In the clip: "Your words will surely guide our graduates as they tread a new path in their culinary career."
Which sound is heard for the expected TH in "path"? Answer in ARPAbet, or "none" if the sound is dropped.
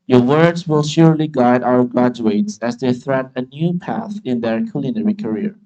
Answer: TH